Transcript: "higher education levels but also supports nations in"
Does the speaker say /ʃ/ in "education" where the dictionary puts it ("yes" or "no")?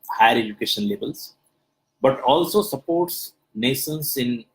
yes